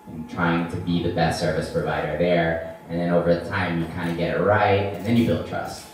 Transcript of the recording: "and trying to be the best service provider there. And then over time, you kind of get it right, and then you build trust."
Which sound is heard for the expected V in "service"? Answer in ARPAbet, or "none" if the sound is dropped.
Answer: V